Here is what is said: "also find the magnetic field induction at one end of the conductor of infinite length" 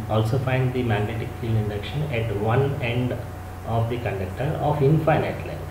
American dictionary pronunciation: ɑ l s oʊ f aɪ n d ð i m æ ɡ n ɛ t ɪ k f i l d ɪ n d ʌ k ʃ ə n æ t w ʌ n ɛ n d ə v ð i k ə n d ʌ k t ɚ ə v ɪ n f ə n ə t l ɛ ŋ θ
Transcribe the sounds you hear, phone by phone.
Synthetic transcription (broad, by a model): ɑ l s oʊ f aɪ n d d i m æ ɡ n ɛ t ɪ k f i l ɪ n d ʌ k ʃ ə n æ t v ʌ n ɛ n d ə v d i k ə n d ʌ k t ɚ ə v ɪ n f ə n ə t l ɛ